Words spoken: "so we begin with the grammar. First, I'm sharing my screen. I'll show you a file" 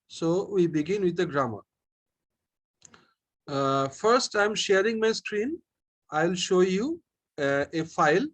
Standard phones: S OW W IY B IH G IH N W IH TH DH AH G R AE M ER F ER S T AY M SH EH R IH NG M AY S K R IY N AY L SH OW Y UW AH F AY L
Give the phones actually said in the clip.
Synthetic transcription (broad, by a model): S OW W IY B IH G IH N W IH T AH G R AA M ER F ER S T AY M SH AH R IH NG M AY S K R IY N AY L SH OW Y UW AH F AY L